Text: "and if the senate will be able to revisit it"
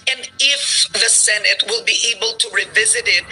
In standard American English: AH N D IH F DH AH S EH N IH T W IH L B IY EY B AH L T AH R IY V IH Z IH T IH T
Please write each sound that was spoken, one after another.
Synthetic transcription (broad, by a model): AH N IH F DH AH S EH N IH T W IH L B IY EY B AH L T AH R IY V IH Z IH T IH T